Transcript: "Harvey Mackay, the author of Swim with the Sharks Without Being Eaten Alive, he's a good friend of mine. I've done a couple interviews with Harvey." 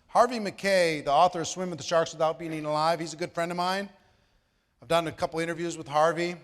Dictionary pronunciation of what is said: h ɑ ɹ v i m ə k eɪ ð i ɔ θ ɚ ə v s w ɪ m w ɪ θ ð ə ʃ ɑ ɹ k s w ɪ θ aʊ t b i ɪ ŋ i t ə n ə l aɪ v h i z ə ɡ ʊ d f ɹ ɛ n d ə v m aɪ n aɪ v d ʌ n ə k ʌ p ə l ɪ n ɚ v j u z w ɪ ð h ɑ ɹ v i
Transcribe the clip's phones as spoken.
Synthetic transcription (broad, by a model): h ɑ ɹ v i m ə k eɪ ð i ɔ θ ɚ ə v s w ɪ m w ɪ ð ə ʃ ɑ ɹ k s w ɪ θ aʊ t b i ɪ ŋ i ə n ə l aɪ v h i z ə ɡ ʊ d f ɹ ɛ n d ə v m aɪ n aɪ v d ʌ n ə k ʌ p l ɪ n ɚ v j u z w ɪ ð h ɑ ɹ v i